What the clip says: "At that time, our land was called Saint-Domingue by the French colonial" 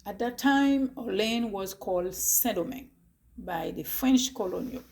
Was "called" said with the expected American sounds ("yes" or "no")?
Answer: yes